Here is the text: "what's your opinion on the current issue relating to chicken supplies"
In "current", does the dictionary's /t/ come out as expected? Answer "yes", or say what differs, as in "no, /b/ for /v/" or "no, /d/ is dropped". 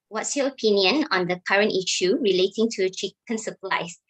yes